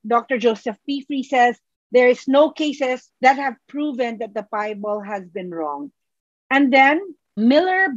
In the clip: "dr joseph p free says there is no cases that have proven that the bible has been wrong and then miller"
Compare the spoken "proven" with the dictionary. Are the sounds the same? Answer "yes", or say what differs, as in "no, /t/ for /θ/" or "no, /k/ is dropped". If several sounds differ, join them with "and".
yes